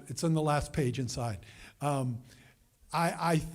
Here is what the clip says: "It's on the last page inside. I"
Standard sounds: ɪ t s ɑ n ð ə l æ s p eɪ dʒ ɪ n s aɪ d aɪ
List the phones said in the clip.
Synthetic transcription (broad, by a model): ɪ t s n ð ə l æ s p eɪ dʒ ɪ n s aɪ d aɪ